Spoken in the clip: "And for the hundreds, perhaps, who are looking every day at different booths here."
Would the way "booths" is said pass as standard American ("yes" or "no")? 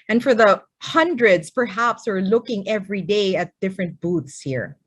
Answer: no